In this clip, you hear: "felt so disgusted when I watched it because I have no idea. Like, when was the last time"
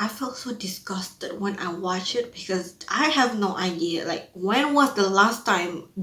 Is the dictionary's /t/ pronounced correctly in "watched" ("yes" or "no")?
no